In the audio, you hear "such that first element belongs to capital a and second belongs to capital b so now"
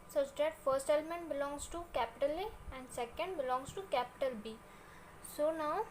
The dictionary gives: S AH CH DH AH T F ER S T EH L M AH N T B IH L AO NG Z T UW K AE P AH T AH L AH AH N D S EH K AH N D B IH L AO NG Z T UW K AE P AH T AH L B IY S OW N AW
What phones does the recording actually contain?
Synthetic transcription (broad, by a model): S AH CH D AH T F ER S T EH L M AH N T B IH L AO NG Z T UW K AE P AH T AH L AH AH N D S EH K AH N D B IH L AO NG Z T UW K AE P AH T AH L B IY S OW N AW